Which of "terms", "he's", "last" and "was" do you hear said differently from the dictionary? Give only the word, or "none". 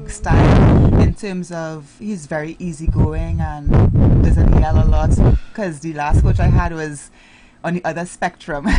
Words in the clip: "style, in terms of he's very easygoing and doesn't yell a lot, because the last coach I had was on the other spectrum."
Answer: none